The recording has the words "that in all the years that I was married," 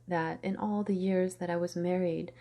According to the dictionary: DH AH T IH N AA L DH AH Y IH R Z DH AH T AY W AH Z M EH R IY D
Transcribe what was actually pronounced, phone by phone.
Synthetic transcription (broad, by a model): DH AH T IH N AA L DH AH Y IH R Z DH AH T AY W AH Z M EH R IY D